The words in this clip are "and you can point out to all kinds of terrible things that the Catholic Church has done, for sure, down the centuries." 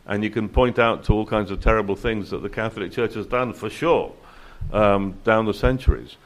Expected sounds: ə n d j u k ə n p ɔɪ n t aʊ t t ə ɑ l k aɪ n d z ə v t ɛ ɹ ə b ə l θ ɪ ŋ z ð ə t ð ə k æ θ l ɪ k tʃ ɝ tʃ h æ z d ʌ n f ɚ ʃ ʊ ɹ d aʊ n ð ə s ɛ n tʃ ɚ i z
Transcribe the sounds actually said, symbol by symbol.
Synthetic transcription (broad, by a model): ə n j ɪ k ə n p ɔɪ n t aʊ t t ə ɑ l k aɪ n d z ə v t ɛ ɹ ə b ə l θ ɪ ŋ z ð ə t ð ə k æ θ l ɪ k tʃ ɝ tʃ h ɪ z d ʌ n f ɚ ʃ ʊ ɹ d aʊ n ð ə s ɛ n tʃ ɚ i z